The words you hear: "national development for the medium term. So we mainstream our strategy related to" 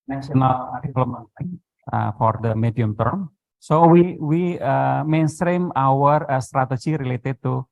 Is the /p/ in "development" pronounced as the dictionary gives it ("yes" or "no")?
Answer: no